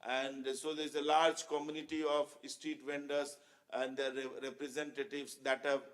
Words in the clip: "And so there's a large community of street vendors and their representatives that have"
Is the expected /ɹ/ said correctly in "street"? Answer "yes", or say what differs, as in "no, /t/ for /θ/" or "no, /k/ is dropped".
no, /ɹ/ is dropped